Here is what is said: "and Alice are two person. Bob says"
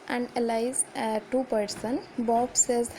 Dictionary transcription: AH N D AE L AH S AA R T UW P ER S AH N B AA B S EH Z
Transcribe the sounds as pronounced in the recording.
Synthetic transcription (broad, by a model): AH N D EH L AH IH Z T UW P ER S AH N B AA B S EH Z